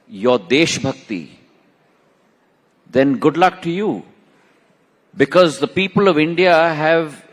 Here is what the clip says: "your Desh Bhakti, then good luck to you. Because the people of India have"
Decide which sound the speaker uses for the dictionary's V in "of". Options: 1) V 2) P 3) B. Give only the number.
1